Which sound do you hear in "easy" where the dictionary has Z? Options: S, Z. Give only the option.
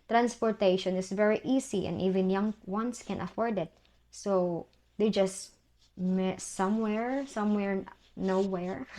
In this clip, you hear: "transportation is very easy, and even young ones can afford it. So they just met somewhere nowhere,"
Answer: S